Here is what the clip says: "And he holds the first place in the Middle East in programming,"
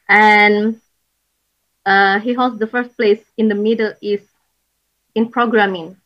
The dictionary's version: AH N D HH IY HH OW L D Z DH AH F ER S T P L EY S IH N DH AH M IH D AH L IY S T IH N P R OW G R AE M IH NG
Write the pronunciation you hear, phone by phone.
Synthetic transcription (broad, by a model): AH N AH HH IY HH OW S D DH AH F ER S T P L EY S IH N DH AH M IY D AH L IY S IH N P R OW G R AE M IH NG